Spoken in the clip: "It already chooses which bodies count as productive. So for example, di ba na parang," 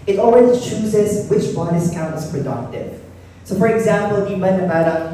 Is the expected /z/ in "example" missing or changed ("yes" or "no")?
no